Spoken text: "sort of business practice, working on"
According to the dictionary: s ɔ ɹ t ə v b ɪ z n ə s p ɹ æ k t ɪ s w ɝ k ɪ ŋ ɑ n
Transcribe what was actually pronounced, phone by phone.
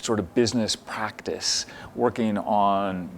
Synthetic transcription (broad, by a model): s ɔ ɹ t ə v b ɪ z n ə s p ɹ æ k t ɪ s w ɝ k ɪ ŋ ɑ n